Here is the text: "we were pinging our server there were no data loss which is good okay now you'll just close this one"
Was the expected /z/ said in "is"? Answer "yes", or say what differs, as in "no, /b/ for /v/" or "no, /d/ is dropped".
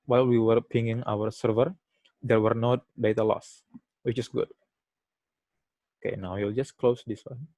no, /s/ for /z/